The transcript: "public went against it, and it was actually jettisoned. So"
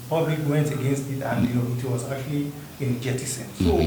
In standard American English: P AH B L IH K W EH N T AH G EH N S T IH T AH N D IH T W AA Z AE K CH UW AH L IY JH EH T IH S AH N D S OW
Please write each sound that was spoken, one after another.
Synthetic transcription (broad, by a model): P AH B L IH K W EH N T AH G EH N S T IH T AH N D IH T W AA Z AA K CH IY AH N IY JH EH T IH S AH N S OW